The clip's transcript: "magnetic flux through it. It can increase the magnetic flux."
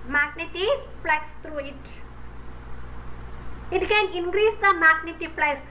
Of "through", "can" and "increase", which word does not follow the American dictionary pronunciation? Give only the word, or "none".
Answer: through